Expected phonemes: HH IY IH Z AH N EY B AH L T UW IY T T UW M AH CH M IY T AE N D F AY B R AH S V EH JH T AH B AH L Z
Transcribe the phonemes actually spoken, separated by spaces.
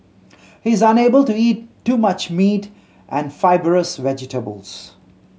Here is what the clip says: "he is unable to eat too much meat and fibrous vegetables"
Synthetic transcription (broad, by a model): HH IY IH Z AH N EY B AH L T UW IY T T UW M AH CH M IY T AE N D F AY B R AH S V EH JH T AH B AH L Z